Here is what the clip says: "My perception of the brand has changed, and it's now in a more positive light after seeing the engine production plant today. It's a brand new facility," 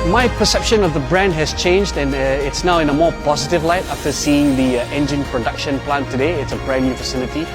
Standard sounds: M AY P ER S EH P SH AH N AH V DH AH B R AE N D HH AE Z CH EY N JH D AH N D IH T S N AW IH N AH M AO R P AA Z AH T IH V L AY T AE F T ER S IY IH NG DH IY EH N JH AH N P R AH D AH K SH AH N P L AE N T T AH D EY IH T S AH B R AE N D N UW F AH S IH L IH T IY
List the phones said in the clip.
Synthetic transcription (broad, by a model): M AY P ER S EH P SH AH N AH V DH AH B R AE N D HH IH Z CH EY N JH D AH N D IH T S N AW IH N AH M AO R P AA Z AH T IH V L AY T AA F T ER S IY IH NG DH IY EH N JH AH N P R AH D AH K SH AH N P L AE N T T AH D EY IH T S AH B R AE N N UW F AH S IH L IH T IY